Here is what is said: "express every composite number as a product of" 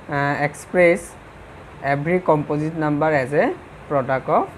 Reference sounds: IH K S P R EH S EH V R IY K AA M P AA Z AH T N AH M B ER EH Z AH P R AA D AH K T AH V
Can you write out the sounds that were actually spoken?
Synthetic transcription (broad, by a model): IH K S P R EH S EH B R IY K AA M P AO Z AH T N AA M B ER EH Z AH P R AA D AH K AH